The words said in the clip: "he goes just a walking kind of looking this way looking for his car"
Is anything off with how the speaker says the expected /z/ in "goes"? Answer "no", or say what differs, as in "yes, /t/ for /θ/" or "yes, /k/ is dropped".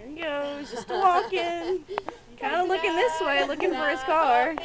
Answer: yes, /z/ is dropped